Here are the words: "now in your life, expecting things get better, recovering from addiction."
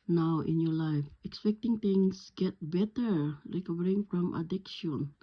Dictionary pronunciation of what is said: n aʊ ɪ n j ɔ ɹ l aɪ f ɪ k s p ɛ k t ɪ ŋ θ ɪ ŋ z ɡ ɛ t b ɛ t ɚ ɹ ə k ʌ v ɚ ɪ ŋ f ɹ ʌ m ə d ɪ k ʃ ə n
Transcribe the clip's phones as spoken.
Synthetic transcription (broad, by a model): n aʊ ɪ n j ɔ ɹ l aɪ f ɪ k s p ɛ k t ɪ ŋ t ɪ ŋ s ɡ ɛ t b ɛ t ɚ ɹ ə k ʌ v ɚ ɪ ŋ f ɹ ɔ m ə d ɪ k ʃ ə n